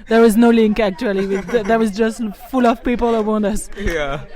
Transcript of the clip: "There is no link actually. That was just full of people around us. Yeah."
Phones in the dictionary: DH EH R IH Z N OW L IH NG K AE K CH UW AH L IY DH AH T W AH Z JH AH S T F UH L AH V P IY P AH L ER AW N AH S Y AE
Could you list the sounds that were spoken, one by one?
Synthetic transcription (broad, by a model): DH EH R IH Z N OW L IH NG K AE K CH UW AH W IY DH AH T W AH Z JH AH S T F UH L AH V P IY P AH L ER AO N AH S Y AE